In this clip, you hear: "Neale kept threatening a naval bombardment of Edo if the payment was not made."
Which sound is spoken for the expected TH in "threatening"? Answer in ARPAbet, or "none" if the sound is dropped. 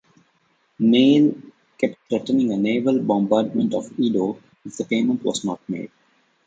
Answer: T